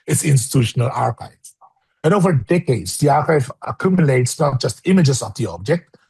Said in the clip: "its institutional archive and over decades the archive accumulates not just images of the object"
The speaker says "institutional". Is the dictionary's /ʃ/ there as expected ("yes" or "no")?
yes